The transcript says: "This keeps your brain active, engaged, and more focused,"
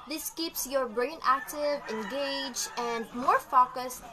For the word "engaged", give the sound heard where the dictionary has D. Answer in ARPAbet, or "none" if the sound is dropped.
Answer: none